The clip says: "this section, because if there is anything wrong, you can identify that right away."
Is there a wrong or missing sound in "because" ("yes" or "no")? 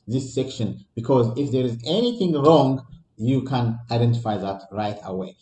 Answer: no